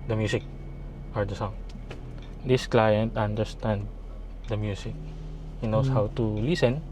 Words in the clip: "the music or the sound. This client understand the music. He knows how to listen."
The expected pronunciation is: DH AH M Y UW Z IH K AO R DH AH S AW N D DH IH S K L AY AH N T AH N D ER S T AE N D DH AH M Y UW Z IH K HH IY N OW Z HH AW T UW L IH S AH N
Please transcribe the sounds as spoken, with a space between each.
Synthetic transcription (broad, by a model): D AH M Y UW S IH K AO R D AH S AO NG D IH S K L AY AH N T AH N D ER S T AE N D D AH M Y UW S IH K HH IY N OW S HH AW T UW L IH S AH N